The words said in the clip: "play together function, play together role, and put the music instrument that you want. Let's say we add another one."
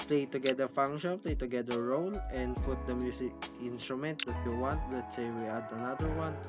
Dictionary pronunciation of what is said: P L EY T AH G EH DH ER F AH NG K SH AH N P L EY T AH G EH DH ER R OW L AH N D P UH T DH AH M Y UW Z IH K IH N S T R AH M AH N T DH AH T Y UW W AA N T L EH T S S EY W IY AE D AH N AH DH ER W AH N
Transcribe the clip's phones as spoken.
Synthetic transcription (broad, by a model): P L EY T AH G EH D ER F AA NG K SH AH N P L EY T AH G EH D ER R OW L AH N D P UH T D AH M Y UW S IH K IH N S T R AH M AH N T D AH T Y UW W AA N T L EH T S S EY W IY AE D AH N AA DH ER W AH N